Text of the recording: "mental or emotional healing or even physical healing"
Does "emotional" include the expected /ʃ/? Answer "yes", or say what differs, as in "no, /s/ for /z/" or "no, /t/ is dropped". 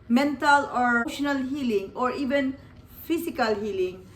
no, /ʃ/ is dropped